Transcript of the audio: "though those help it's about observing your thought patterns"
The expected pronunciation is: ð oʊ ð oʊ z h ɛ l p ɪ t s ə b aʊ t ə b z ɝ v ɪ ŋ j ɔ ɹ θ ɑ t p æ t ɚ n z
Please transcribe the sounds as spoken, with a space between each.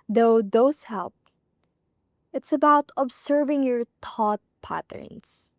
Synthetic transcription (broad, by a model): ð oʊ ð oʊ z h ɛ l p ɪ t s ə b aʊ t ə b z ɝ v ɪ ŋ j ɔ ɹ t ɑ t p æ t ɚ n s